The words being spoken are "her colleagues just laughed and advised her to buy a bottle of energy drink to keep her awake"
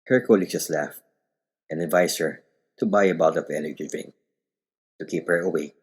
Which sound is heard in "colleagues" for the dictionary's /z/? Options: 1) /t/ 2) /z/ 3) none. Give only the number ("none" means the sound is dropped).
3